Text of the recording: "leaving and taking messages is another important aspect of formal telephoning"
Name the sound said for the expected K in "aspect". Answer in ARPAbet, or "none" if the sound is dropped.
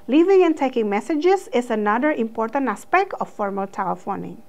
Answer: K